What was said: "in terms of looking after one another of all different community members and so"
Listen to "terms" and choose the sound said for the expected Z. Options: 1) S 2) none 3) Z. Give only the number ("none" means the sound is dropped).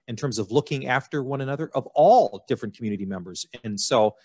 3